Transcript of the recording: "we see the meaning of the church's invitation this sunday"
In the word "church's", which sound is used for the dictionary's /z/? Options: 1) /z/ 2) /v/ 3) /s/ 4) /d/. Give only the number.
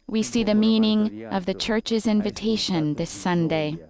1